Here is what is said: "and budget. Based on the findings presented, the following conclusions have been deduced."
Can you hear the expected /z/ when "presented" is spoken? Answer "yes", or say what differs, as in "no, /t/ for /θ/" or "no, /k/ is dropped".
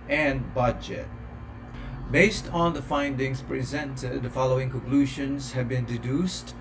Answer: yes